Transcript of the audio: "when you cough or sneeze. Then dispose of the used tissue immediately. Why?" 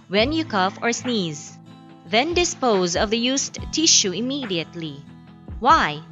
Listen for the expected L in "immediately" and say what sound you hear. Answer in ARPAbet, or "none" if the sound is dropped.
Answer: L